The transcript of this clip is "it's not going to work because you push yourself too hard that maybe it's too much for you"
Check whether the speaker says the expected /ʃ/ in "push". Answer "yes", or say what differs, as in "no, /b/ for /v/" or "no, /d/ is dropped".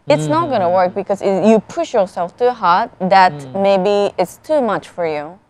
yes